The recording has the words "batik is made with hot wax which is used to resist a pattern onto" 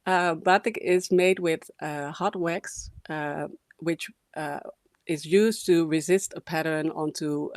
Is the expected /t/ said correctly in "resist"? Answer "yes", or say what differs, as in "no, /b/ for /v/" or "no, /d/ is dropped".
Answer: yes